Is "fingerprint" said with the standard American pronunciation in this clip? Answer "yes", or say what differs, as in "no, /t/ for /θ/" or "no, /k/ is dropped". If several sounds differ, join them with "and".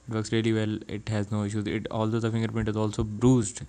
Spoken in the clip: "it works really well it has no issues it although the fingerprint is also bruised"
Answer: no, /ɹ/ is dropped